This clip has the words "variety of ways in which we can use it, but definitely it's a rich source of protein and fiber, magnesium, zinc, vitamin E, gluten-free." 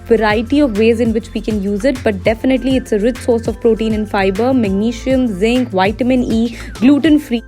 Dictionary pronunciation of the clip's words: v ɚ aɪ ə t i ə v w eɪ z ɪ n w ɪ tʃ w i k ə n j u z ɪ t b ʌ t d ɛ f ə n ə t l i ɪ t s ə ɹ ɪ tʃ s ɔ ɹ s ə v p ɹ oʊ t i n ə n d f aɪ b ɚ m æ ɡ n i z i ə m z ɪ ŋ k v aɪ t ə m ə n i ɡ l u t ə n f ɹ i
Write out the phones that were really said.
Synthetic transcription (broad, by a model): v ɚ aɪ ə t i ə v eɪ z ɪ n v ɪ tʃ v i k ə n j u z ɪ t b ʌ t d ɛ f ə n ə t l i ɪ t s ə ɹ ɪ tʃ s ɔ ɹ s ə v p ɹ oʊ t i n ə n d f aɪ b ɚ m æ ɡ n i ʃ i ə m z ɪ ŋ k v aɪ t ə m ə n i ɡ l u t ə n f ɹ i